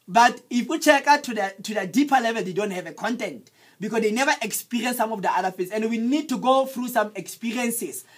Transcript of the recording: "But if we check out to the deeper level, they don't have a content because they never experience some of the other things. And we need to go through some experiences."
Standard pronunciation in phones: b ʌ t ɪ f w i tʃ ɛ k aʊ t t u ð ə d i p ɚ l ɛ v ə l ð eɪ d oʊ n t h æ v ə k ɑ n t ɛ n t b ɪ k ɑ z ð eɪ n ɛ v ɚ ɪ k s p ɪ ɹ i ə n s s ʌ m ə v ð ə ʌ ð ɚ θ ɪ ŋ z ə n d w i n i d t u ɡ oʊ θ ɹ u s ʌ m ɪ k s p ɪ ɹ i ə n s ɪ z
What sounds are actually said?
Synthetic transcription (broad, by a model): b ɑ t ɪ f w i tʃ ɛ k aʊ t t u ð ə d i p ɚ l ɛ v ə l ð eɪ d oʊ n t h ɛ v ə k ɑ n t ɛ n t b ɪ k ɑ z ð eɪ n ɛ v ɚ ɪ k s p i ɹ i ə n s s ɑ m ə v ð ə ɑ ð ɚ f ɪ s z ə n d w i n i d t u ɡ oʊ θ ɹ u s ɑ m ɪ k s p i ɹ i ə n s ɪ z